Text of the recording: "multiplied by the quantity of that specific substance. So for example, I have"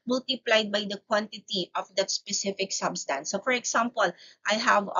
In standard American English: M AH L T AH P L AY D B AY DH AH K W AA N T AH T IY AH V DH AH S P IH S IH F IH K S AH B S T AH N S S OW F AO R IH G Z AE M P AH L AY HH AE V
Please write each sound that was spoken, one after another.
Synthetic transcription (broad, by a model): M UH L T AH P L AY D B AY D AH K W AA N T AH T IY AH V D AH S P IH S IH F IH K S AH B S T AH N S S OW F AO R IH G S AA M P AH L AY HH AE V